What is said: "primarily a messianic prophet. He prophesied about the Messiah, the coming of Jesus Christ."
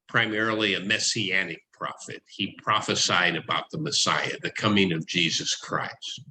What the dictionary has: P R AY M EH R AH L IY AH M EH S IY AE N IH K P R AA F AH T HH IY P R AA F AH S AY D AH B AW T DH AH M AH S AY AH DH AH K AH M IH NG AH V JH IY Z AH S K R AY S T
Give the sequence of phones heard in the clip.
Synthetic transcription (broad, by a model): P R AY M EH R L IY AH M EH S IY AE N IH K P R AA F AH T HH IY P R AA F AH S AY D AH B AW T DH AH M AH S AY AH DH AH K AH M IH NG AH V JH IY Z AH S K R AY S T